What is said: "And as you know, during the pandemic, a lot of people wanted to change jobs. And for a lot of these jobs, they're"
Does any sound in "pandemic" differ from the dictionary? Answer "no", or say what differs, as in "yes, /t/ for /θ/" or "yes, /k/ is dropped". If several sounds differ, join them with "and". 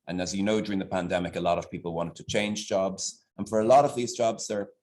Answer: no